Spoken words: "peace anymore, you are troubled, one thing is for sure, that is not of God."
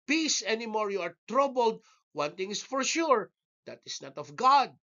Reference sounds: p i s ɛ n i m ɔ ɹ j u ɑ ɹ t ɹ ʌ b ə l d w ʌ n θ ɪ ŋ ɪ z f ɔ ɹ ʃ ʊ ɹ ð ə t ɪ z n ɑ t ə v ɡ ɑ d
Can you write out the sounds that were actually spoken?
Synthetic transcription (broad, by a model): p i s ɛ n i m ɔ ɹ j u ɑ ɹ t ɹ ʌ b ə l d w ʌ n t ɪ ŋ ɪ s f ɔ ɹ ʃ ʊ ɹ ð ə t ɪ s n ɑ t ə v ɡ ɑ d